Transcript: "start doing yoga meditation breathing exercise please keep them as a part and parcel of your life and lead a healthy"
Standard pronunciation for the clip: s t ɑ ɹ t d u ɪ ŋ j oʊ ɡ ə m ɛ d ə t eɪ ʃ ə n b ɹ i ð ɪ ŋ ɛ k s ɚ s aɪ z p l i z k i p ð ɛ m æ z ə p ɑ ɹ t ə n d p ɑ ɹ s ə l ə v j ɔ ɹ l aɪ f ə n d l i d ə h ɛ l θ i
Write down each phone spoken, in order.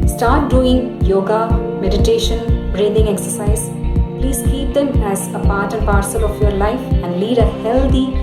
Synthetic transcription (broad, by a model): s t ɑ ɹ t d u ɪ ŋ j oʊ ɡ ə m ɛ d ə t eɪ ʃ ə n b ɹ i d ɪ ŋ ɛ k s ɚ s aɪ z p l i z k i p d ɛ m æ z ə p ɑ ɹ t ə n p ɑ ɹ s ə l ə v j ɔ ɹ l aɪ f ə n d l i d ə h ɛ l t i